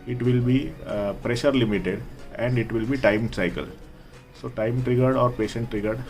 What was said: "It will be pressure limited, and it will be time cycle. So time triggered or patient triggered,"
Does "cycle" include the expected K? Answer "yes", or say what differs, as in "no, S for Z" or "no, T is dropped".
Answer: yes